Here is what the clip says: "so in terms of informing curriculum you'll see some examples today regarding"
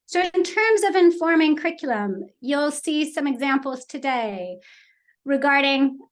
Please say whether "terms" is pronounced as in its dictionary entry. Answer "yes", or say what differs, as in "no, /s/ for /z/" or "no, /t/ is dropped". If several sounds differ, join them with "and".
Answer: yes